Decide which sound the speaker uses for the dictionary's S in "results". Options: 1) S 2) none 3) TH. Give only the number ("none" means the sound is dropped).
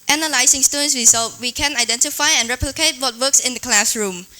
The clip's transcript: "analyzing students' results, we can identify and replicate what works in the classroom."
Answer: 2